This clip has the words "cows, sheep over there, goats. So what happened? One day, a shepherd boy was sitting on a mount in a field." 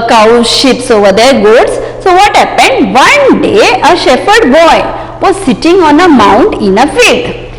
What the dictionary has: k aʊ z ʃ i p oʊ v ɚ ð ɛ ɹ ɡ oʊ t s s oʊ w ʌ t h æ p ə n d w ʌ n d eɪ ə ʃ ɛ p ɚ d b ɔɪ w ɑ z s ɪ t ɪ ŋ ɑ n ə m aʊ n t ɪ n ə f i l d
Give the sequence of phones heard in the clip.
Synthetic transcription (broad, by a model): k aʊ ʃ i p oʊ v ɚ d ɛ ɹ ɡ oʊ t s s oʊ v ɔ t h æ p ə n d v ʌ n d eɪ ə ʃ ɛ f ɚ d b ɔɪ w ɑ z s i t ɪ ŋ ɑ n ə m aʊ n t ɪ n ə f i l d